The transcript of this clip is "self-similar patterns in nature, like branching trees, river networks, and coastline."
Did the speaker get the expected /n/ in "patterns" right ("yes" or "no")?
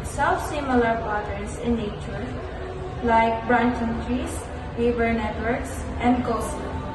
no